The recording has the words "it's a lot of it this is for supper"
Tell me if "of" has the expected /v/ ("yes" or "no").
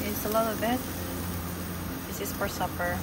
no